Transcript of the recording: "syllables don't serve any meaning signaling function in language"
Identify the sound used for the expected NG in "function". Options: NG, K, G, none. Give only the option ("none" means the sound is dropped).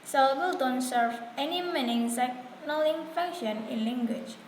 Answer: none